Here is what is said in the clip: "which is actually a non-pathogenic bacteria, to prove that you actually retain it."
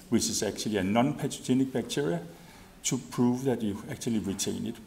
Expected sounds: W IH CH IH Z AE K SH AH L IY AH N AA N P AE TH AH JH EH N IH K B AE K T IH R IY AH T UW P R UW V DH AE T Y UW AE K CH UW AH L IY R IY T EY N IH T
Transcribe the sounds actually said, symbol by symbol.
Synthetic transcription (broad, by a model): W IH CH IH S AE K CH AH L IY AH N AA N P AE S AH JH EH N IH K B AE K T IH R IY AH S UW P R UW V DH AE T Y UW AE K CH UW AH L IY R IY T EY N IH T